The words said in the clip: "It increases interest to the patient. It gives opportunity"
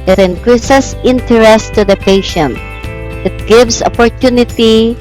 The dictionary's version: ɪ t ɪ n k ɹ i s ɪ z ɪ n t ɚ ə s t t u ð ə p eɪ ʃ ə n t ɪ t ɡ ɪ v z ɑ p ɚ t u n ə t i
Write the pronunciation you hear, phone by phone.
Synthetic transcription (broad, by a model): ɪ t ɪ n k ɹ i s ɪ s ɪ n t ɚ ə s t t u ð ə p eɪ ʃ ə n t ɪ t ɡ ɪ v s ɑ p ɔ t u n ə t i